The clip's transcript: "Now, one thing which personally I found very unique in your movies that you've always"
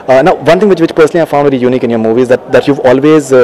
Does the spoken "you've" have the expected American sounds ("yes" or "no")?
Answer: yes